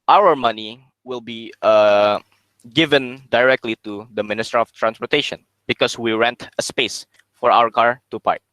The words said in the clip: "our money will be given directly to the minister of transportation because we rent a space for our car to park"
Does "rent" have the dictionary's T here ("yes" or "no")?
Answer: yes